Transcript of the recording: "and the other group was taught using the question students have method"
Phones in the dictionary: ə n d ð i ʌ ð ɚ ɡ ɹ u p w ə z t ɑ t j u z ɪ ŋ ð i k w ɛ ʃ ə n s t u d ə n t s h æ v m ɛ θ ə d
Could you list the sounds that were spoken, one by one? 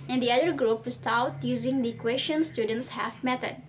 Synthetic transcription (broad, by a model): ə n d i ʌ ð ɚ ɡ ɹ u p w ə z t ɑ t j u z ɪ ŋ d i k w ɛ ʃ ə n s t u d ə n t s h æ f m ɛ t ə d